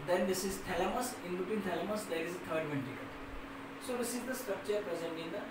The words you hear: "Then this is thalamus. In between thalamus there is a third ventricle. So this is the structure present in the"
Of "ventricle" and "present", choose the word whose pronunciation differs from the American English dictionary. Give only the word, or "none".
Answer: ventricle